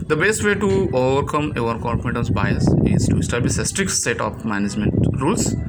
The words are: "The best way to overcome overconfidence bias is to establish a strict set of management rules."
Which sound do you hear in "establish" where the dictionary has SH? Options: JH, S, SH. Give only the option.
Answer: S